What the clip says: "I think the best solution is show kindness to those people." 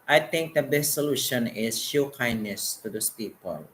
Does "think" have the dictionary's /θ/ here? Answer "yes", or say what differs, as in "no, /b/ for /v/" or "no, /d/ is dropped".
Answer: no, /t/ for /θ/